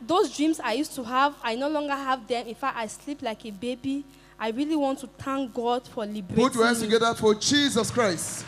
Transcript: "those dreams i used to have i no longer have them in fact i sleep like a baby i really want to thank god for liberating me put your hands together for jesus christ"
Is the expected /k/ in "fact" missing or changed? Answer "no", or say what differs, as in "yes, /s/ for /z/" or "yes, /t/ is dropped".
yes, /k/ is dropped